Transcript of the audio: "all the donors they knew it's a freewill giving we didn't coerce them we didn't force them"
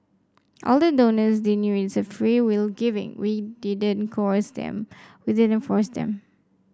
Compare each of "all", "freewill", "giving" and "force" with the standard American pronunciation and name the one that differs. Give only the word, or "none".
none